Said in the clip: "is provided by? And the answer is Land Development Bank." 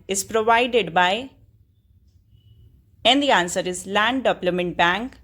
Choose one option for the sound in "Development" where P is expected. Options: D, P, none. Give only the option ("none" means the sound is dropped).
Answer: none